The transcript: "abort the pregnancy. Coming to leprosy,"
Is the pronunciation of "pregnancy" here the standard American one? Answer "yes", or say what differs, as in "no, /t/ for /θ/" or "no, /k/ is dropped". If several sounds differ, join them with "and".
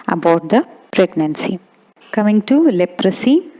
yes